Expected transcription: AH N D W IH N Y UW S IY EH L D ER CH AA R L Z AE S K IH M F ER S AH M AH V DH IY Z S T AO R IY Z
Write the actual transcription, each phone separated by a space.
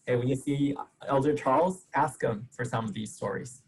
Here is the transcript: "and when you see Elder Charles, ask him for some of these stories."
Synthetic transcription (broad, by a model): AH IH W IH N Y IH S IY EH L D ER CH AA R L Z AE S K IH M F ER S AH M AH V DH IY Z S T AO R IY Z